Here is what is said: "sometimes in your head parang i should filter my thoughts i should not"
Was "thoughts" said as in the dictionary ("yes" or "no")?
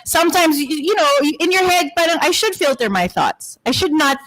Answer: yes